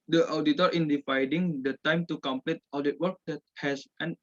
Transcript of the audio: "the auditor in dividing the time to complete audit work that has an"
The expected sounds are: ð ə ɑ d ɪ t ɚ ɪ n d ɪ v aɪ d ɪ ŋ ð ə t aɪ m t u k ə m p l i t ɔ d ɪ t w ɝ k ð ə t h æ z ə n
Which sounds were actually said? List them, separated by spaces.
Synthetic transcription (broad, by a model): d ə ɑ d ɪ t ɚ ɪ n d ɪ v aɪ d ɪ ŋ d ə t aɪ m t u k ə m p l i t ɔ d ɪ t w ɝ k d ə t h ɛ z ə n